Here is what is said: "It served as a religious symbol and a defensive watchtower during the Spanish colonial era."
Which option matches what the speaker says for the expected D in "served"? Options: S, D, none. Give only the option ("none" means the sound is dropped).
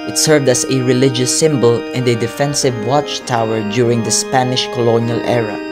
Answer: D